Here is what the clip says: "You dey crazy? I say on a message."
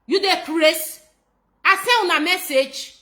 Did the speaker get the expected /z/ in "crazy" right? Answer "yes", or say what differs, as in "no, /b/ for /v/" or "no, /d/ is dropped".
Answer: no, /s/ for /z/